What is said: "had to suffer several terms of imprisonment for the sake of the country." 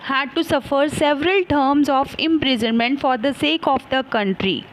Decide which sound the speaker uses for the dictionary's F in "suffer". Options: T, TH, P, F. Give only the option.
F